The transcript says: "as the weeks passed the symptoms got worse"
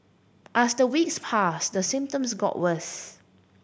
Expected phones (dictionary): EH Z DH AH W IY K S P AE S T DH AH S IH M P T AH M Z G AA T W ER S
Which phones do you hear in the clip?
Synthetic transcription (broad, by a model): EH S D AH W IY K S P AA S T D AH S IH M P T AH M S G AA T W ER TH